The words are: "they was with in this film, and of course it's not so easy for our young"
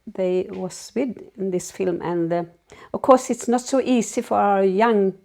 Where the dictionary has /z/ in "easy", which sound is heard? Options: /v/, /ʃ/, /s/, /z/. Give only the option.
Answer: /s/